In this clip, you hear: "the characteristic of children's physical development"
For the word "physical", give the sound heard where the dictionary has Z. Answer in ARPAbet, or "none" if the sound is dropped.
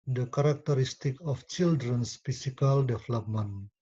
S